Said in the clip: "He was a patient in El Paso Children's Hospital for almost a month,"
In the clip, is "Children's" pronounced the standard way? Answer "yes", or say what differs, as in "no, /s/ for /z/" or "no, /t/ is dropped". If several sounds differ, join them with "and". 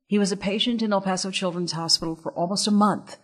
yes